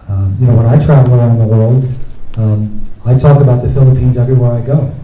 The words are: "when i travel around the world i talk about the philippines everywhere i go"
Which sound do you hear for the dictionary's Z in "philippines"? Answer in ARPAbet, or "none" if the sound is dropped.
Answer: Z